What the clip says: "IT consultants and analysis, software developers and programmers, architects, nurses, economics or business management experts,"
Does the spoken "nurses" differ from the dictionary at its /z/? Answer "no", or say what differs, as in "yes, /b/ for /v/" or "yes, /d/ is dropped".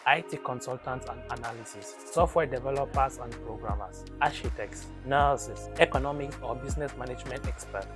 yes, /s/ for /z/